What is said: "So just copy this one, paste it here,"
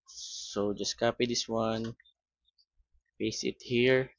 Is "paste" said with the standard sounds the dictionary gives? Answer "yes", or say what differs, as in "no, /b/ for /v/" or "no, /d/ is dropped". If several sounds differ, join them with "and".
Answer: no, /f/ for /p/ and /t/ is dropped